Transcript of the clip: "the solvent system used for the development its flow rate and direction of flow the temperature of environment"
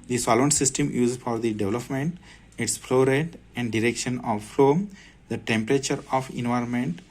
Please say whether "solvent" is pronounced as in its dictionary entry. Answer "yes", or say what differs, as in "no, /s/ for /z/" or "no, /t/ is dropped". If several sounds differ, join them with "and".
no, /v/ is dropped